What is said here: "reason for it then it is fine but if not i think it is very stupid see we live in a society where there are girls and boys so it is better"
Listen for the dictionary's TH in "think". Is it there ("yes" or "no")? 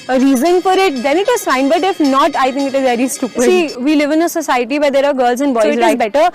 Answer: no